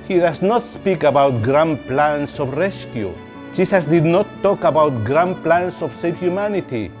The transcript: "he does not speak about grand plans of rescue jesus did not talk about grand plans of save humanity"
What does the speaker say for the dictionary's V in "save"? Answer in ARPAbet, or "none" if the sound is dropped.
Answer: F